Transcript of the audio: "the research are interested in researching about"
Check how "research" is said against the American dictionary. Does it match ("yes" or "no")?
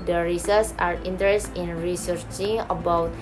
no